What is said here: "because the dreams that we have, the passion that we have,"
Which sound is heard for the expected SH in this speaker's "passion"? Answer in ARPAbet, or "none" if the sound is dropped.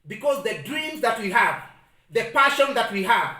SH